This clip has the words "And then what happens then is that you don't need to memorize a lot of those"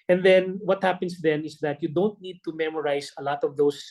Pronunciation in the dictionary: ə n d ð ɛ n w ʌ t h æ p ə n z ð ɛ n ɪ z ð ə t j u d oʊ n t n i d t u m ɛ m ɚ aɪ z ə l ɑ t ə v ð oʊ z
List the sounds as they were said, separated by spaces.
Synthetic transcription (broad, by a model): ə n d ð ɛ n w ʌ t h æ p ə n s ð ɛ n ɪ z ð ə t j u d oʊ n t n i d t u m ɛ m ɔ aɪ s ə l ɑ t ə v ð oʊ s